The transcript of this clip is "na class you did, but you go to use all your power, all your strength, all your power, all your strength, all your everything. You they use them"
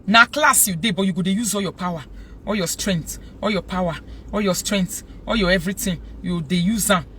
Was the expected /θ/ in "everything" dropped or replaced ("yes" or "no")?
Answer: yes